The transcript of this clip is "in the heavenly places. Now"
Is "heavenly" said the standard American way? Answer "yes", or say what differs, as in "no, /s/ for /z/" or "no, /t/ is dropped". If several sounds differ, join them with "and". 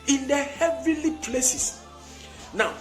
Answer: no, /n/ is dropped